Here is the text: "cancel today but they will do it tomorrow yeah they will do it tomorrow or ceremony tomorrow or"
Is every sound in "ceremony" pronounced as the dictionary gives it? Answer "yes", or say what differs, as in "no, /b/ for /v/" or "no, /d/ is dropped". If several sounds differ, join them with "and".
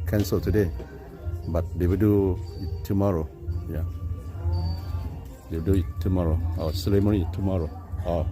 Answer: no, /l/ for /ɹ/